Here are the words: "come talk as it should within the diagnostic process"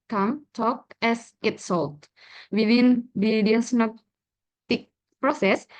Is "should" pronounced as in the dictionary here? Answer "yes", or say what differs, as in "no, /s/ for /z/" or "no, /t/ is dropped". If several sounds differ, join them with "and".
no, /s/ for /ʃ/